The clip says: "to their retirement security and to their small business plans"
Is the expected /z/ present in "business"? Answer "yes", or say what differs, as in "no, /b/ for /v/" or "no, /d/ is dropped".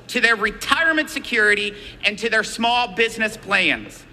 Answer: yes